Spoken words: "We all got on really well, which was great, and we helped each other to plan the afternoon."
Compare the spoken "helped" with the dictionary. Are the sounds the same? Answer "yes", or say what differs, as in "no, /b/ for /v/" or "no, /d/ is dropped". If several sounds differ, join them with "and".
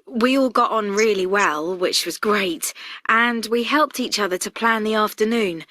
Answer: yes